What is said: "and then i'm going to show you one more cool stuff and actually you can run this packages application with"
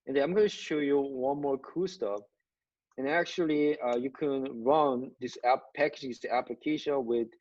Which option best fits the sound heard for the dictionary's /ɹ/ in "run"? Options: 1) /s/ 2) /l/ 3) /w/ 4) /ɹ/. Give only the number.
4